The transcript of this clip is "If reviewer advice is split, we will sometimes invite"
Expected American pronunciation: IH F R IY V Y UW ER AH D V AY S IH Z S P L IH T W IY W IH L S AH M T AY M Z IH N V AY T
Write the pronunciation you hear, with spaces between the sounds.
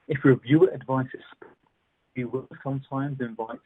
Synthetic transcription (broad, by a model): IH F R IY V Y UW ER AH D V AY S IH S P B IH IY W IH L S AH M T AY M Z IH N V AY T